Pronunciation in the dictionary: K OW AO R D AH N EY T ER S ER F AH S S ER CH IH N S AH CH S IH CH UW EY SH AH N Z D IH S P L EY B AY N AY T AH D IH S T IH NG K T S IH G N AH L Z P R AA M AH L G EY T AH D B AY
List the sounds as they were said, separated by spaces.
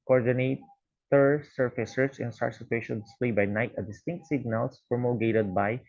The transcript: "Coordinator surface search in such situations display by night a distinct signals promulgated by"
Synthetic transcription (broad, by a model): K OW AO R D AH N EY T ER S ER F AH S S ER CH IH N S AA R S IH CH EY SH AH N D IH S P L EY B AY N AY T AH D IH S T IH NG K T S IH G N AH L S P R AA M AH G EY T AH D B AY